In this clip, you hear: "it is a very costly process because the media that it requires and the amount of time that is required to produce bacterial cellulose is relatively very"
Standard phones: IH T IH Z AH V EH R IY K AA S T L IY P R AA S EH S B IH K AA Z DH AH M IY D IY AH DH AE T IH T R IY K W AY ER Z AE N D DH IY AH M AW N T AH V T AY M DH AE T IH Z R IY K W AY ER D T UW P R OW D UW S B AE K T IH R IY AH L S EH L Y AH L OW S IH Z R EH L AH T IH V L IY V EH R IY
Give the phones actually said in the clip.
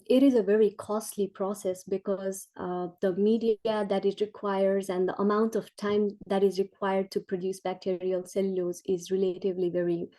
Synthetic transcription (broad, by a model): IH T IH Z AH V EH R IY K AA S T L IY P R AA S EH S B IH K AA Z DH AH M IY D IY AH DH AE T IH T R IY K W AY ER Z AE N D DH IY AH M AW N T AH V T AY M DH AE T IH Z R IY K W AY ER D T UW P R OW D UW S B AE K T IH R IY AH L S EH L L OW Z IH Z R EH L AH T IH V L IY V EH R IY